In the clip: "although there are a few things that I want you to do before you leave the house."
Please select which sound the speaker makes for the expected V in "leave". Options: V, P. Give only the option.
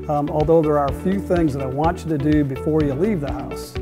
V